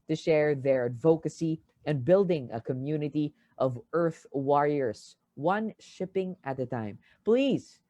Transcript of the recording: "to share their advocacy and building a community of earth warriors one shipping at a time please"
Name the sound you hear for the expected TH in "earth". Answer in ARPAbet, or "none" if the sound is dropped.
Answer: TH